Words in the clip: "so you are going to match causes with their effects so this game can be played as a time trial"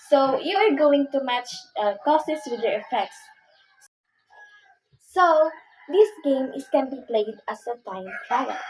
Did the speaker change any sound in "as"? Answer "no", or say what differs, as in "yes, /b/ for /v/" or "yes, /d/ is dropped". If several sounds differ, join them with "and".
yes, /s/ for /z/